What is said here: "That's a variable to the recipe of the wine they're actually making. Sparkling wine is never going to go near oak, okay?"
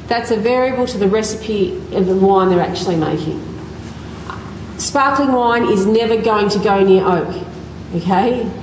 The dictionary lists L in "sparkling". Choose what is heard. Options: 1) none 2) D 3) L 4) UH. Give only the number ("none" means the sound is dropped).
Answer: 3